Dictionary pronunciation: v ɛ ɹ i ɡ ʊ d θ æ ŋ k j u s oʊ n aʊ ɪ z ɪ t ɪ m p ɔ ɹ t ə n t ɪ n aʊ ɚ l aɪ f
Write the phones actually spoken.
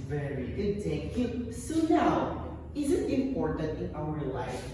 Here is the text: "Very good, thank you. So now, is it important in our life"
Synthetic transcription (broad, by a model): v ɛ ɹ i ɡ ʊ d t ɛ k j u s oʊ n aʊ ɪ z ɪ t ɪ m p ɔ ɹ t ə n t ɪ n aʊ ɚ l aɪ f